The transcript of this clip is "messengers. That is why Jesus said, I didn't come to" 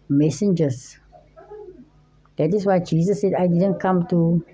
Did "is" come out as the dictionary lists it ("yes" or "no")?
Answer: no